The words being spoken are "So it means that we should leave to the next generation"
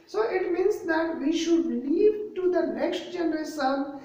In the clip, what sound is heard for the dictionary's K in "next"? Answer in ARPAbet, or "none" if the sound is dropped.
K